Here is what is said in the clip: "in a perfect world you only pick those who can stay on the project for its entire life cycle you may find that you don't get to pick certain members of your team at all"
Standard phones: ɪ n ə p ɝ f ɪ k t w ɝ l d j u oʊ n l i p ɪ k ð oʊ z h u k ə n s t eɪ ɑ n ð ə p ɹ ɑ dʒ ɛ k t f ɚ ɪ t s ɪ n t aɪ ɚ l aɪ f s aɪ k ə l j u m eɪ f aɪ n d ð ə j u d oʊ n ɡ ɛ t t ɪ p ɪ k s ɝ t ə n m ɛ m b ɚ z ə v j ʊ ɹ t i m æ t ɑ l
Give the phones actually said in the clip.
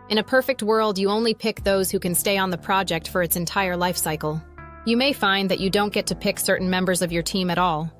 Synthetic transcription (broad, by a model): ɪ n ə p ɝ f ɪ k t w ɝ l d j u oʊ n l i p ɪ k ð oʊ z h u k ə n s t eɪ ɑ n ð ə p ɹ ɑ dʒ ɛ k t f ɚ ɪ t s ɪ n t aɪ ɚ l aɪ f s aɪ k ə l j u m eɪ f aɪ n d ð ə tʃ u d oʊ n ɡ ɛ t t ɪ p ɪ k s ɝ t n m ɛ m b ɚ z ə v j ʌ ɹ t i m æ t ɑ l